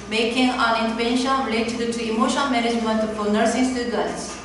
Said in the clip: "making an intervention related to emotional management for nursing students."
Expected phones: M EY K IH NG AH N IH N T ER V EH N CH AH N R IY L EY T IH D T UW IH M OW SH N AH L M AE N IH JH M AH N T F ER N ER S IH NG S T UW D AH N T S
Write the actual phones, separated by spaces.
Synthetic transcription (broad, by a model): M EY K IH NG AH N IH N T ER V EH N SH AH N R IY L EY T IH D T UW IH M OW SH AH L M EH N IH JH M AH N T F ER N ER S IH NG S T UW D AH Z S